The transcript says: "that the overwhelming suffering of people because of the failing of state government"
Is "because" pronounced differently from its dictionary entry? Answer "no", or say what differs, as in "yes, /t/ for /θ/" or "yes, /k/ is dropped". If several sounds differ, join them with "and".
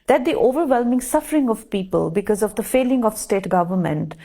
no